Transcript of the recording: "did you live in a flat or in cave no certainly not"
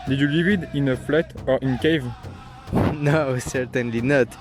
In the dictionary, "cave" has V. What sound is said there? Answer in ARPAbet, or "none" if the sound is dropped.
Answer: V